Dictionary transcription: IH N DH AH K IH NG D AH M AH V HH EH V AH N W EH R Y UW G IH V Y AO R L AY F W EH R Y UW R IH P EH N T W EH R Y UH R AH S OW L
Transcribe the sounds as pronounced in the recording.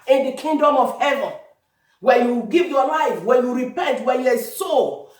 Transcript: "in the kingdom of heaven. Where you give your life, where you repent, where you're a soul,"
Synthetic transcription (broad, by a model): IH N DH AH K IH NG D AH M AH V HH EH V AH N W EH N Y UW G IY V Y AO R L AY F W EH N Y UW R IH P EH N T W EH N Y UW AH S OW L